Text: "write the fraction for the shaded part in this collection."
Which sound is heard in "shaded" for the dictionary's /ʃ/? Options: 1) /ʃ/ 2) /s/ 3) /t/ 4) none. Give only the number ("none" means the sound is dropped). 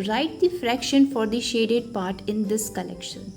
1